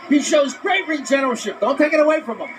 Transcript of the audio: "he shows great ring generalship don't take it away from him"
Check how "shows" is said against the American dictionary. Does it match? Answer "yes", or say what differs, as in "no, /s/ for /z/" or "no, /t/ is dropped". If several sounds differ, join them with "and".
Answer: yes